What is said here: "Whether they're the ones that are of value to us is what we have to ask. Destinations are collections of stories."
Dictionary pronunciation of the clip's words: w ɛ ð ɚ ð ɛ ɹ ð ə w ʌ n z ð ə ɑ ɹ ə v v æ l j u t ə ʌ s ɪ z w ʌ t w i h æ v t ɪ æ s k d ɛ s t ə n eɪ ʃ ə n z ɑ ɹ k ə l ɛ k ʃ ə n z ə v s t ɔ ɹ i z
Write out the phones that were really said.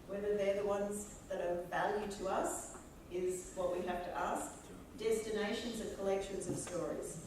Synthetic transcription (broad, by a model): w ɛ ð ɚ ð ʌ ɹ ð ə w ʌ n z ð ə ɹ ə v v æ l j u t ə ʌ s ɪ z w ʌ t w i h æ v t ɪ æ s k d ɛ s t ə n eɪ ʃ ə n z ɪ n k ə l ɛ k ʃ ə n z ə v s t ɔ ɹ i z